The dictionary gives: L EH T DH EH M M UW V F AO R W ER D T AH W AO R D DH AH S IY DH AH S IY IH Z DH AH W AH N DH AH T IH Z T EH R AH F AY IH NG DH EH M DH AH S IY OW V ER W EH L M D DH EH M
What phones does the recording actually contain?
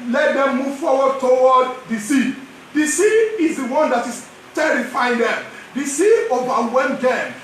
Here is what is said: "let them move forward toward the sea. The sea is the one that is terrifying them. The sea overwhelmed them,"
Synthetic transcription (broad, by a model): L EH T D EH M M UW V F AO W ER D T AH W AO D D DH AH S IY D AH S IY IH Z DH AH W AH N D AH T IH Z T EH R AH F AY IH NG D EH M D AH S IY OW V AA W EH M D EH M